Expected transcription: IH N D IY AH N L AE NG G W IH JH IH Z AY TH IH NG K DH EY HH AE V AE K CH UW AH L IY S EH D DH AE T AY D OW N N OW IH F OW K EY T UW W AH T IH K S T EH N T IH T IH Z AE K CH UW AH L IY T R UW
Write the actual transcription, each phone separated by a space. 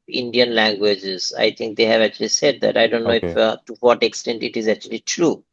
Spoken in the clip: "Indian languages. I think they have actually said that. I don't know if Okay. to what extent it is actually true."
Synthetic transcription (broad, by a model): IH N D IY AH N L AE NG G W IH JH IH Z AY T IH NG K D EY HH AE V AE K CH UW AH L IY S EH D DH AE T AY D OW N N OW IH F T UW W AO T IH K S T EH N T IH T IH Z AE K CH UW AH L IY T R UW